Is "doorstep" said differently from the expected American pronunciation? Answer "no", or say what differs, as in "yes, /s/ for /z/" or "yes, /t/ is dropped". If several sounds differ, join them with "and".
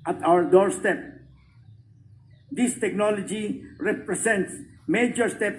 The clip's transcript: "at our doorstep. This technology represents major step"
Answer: no